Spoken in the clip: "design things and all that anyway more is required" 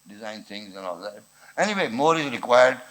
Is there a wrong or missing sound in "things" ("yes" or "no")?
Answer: no